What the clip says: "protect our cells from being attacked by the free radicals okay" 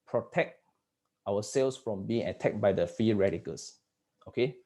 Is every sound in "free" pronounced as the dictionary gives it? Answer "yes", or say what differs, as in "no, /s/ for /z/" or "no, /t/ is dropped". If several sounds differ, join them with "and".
no, /ɹ/ is dropped